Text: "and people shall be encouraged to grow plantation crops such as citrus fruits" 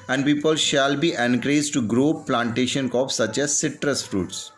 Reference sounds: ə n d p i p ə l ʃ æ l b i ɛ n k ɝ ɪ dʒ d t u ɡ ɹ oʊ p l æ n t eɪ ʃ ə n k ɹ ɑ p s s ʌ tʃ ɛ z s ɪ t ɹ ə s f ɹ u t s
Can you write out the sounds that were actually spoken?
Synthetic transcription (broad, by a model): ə n d p i p ə l ʃ æ l b i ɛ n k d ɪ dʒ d t u ɡ ɹ oʊ p l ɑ n t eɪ ʃ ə n k ɑ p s s ʌ tʃ ɛ z s ɪ t ɹ ə s f ɹ u t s